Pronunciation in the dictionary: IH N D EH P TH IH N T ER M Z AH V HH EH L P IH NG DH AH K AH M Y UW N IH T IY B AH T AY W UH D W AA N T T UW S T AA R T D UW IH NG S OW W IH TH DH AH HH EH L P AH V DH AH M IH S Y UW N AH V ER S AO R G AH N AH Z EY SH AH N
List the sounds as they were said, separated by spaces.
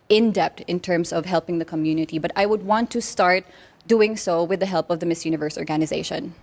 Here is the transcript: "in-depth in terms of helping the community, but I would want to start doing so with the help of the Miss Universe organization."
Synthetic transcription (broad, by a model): IH N D EH P T IH N T ER M Z AH V HH EH L P IH NG DH AH K AH M Y UW N IH T IY B AH T AY W UH D W AA N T T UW S T AA R T D UW IH NG S OW W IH DH AH HH EH L P AH V DH AH M IH S Y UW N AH V ER S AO R G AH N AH Z EY SH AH N